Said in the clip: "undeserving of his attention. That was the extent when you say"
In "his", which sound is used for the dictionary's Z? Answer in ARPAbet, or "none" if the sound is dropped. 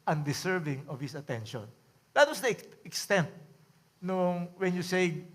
S